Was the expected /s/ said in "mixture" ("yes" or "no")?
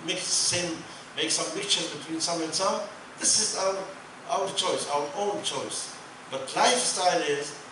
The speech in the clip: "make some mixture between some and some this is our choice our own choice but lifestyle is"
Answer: no